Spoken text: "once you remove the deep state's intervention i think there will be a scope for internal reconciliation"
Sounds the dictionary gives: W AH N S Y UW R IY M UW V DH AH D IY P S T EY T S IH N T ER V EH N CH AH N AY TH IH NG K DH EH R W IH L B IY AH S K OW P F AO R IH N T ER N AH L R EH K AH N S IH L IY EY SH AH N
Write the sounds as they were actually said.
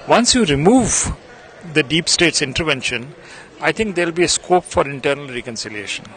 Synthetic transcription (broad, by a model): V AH N S Y UW R IY M UW V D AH D IY P S T EY T S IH N T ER V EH N SH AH N AY T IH NG K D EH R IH L B IY AH S K OW P F AO R IH N T ER N AH L R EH K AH N S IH L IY EY SH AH N